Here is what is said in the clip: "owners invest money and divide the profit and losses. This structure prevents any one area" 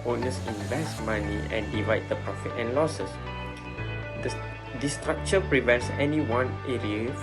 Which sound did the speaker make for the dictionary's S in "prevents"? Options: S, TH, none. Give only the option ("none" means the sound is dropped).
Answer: S